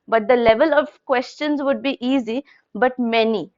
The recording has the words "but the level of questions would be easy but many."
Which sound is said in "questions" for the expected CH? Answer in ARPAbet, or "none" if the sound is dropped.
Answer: CH